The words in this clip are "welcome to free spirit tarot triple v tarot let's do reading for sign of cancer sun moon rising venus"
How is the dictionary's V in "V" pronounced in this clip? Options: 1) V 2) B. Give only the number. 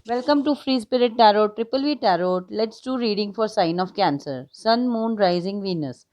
1